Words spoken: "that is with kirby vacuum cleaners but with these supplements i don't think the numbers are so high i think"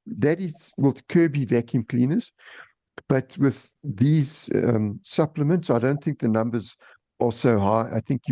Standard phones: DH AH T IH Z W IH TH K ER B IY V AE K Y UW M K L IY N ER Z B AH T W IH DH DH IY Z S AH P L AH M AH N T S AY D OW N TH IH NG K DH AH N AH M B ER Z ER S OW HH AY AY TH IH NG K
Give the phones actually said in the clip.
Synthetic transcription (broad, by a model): DH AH T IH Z W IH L K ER B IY V AE K Y UW M K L IY N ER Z B AH T W IH DH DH IY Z S AH P L AH M AH N T S AY D OW N TH IH NG K DH AH N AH M B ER Z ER S OW HH AY AY TH IH NG K